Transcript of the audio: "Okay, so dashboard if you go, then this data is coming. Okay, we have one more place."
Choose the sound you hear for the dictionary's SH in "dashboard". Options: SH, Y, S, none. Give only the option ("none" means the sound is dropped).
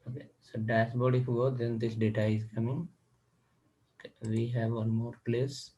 S